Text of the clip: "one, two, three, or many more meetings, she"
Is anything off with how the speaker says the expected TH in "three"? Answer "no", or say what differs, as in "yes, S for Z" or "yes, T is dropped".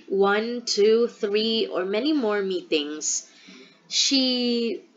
no